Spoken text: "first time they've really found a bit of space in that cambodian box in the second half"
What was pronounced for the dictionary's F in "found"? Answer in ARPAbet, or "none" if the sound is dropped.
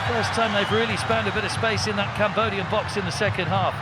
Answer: P